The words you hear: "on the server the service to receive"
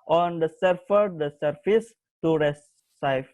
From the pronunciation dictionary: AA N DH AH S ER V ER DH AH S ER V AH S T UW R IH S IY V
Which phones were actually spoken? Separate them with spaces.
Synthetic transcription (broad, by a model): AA N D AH S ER F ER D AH S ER F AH S T UW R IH S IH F